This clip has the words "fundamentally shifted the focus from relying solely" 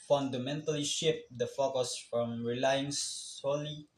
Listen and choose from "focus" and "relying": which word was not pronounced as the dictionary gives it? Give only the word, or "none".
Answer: none